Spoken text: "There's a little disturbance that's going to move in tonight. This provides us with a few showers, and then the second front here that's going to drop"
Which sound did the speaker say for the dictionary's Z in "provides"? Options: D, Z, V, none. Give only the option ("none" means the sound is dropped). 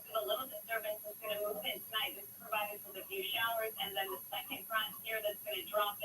none